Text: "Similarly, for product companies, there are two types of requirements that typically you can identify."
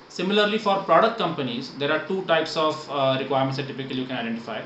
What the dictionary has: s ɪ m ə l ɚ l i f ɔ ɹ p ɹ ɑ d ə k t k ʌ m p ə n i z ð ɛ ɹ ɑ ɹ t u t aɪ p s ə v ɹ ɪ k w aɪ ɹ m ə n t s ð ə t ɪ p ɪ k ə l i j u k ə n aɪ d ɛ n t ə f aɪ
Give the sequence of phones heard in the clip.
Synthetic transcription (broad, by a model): s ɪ m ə l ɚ l i f ɔ ɹ p ɹ ɑ d ə k t k ʌ m p ə n i z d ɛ ɹ ɑ ɹ t u t aɪ p s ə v ɹ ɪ k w aɪ ɹ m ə t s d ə t ɪ p ɪ k ə l i j u k ə n aɪ d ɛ n t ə f aɪ